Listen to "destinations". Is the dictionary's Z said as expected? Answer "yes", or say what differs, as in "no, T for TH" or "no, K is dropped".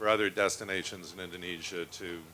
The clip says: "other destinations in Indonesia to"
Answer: yes